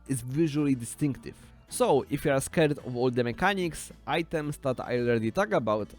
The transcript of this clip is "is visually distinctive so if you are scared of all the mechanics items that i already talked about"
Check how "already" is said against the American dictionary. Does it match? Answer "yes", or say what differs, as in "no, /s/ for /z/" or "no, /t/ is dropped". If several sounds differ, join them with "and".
no, /l/ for /ɹ/